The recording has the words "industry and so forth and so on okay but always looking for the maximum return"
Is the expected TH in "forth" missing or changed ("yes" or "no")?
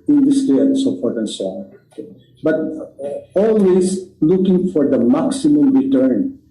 yes